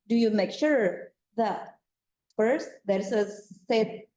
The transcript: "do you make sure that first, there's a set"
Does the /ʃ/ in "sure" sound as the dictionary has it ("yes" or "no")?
yes